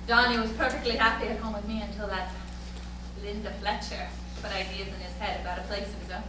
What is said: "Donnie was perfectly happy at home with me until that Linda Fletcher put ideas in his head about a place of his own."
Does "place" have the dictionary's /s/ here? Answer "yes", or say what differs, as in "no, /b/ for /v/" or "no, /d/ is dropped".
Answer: no, /s/ is dropped